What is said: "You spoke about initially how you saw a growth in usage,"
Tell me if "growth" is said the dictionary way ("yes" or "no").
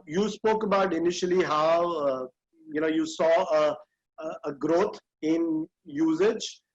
no